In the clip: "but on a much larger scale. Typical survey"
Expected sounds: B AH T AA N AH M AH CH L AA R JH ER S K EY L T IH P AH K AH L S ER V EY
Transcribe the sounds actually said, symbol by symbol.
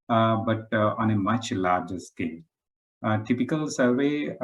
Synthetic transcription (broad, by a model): B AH T AA N AH M AH CH L AA R JH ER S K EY N T IH P AH K AH L S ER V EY